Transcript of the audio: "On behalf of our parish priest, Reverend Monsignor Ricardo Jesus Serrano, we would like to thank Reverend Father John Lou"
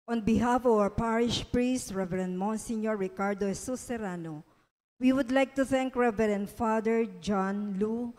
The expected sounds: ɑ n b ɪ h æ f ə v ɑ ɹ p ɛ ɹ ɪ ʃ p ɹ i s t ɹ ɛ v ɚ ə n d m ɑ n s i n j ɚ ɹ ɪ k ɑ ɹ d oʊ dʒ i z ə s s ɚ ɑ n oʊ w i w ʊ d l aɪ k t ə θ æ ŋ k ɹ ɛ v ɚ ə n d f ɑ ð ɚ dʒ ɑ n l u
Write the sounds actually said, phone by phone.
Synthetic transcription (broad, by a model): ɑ n b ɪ h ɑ f ə v ɑ ɹ p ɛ ɹ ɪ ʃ p ɹ i s t ɹ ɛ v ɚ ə n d m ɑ n s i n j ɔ ɹ ɪ k ɑ ɹ d oʊ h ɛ s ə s s ɚ ɑ n oʊ w i w ʊ d l aɪ k t ə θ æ ŋ k ɹ ɛ v ɚ ə n d f ɑ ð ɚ dʒ ɑ n l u